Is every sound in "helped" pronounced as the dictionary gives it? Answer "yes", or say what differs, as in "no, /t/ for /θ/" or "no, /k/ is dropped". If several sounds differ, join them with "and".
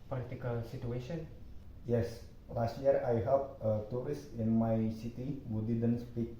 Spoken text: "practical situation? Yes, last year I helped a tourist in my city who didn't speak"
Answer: no, /t/ is dropped